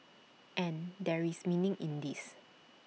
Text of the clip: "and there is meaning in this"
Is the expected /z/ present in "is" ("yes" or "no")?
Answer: no